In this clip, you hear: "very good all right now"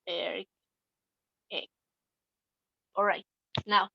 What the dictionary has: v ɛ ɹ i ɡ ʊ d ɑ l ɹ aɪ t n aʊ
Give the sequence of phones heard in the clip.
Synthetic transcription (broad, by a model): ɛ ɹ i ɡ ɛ ɑ l ɹ aɪ t n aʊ